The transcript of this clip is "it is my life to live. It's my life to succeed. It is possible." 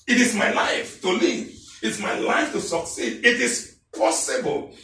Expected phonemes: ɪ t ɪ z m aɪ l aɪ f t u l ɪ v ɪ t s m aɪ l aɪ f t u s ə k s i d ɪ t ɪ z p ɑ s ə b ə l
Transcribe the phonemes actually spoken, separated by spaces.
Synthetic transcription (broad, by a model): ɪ t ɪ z m aɪ l aɪ f t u l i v ɪ t s m aɪ l aɪ f t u s ə k s i d ɪ t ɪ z p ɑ s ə b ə l